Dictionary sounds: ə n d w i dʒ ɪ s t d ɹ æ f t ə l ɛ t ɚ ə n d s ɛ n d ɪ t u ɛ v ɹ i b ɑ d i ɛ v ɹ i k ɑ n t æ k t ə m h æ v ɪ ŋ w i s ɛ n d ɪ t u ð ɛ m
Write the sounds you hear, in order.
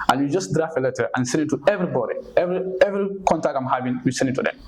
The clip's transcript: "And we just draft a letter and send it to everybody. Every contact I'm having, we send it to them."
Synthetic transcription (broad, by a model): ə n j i dʒ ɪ s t d ɹ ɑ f ə l ɛ t ɚ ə n s ɛ n d ɪ t u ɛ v ɹ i b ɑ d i ɛ v ɹ i k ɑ n t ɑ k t ə m h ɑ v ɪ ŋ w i s ɛ n d ɪ t u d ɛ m